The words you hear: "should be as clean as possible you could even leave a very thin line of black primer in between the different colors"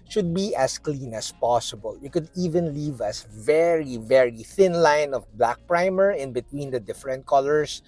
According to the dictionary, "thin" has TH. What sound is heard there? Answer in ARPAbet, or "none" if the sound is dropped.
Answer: TH